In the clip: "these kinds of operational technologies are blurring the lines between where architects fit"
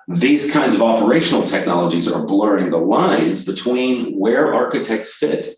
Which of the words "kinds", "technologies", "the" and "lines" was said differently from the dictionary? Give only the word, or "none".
none